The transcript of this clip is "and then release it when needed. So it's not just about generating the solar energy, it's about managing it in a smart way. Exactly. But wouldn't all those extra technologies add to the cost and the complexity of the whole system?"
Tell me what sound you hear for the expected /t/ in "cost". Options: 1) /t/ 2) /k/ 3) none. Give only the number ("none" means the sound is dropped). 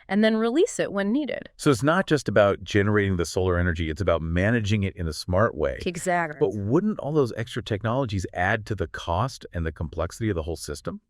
1